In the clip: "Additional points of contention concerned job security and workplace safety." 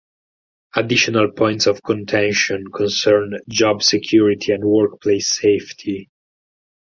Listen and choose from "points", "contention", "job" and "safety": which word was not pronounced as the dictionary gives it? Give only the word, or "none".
none